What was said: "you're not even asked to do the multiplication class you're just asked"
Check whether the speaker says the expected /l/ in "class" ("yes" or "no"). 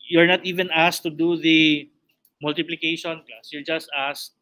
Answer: no